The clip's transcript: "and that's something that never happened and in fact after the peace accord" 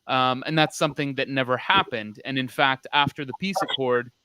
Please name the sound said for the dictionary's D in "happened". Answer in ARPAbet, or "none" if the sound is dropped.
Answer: D